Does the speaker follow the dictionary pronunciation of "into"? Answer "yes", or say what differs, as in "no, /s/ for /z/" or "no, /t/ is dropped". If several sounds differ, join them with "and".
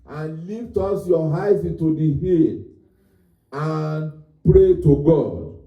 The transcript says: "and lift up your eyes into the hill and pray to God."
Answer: yes